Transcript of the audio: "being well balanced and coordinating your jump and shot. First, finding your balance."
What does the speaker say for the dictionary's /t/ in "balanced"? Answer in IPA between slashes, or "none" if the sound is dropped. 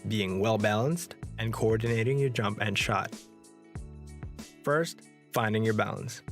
/t/